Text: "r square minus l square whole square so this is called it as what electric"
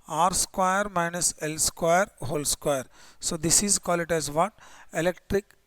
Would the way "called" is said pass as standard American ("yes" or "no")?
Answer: no